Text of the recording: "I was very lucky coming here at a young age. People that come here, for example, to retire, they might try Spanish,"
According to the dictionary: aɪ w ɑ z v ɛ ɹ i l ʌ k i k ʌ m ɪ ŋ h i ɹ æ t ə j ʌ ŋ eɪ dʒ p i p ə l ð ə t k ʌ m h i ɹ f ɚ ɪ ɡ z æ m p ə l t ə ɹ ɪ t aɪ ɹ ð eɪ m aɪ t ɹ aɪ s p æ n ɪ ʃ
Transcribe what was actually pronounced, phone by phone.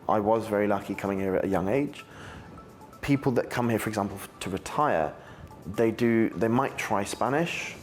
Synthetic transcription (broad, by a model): aɪ w ɑ z v ɛ ɹ i l ʌ k i k ʌ m ɪ ŋ h i ɹ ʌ t ə j ʌ ŋ eɪ dʒ p i p ə l ð ə t k ʌ m h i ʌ f ɚ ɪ ɡ z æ m p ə l t ə ɹ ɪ t aɪ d ð eɪ m aɪ t ɹ aɪ s p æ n ɪ ʃ